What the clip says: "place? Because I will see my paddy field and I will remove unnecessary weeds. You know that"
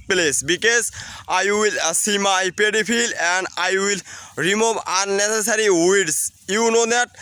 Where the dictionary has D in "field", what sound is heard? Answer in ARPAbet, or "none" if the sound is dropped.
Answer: none